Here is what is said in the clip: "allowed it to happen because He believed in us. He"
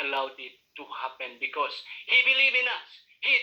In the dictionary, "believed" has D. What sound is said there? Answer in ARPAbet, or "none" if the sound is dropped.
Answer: none